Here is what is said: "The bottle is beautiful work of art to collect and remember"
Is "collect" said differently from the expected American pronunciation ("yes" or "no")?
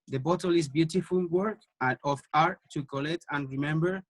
no